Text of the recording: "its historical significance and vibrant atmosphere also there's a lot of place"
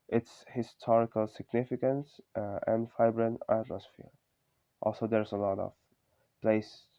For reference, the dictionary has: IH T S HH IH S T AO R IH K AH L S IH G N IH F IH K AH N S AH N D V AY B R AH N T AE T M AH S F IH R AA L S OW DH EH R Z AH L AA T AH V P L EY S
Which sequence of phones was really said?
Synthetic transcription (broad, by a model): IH T S HH IH S T AO R IH K AH L S IH G N IH F IH K AH N S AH N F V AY B R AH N AE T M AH S F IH R AA L S OW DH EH R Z AH L AA T AH V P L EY S